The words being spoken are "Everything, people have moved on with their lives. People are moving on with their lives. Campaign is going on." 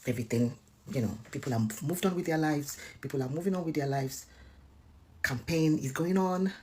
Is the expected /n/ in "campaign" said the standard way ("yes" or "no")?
yes